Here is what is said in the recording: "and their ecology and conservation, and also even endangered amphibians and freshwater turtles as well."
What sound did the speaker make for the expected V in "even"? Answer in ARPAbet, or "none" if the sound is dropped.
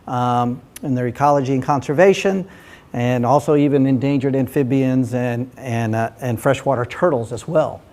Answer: V